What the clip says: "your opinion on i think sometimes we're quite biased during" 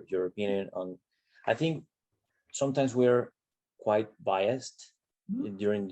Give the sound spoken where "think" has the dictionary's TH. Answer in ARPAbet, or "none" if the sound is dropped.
TH